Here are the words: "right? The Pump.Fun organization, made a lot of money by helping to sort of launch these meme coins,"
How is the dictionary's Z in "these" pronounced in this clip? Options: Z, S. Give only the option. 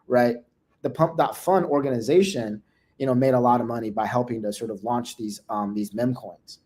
Z